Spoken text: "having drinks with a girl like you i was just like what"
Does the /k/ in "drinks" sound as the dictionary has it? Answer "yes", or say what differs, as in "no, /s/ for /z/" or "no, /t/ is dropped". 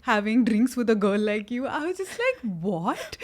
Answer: yes